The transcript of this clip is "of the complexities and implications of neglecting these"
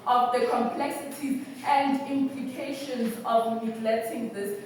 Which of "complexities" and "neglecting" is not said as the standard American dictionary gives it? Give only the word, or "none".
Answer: neglecting